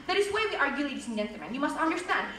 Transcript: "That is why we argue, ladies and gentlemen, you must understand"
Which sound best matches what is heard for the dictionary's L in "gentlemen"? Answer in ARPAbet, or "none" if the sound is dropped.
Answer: none